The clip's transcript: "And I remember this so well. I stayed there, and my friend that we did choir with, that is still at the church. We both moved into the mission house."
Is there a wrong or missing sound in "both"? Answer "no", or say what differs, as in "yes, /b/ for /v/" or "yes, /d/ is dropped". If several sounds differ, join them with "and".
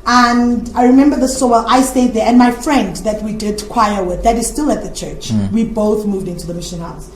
no